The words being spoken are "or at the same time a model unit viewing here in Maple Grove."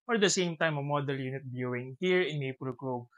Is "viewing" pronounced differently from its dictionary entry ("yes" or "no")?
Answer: yes